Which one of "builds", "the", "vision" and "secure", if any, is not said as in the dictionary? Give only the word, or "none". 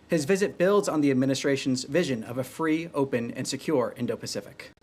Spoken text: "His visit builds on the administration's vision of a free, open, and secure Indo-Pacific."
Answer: none